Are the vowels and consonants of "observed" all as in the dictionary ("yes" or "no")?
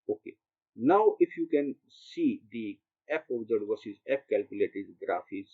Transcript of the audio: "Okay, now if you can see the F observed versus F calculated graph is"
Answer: no